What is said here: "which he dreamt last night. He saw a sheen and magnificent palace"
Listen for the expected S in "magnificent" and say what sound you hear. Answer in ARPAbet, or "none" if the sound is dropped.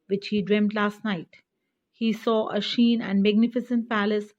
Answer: S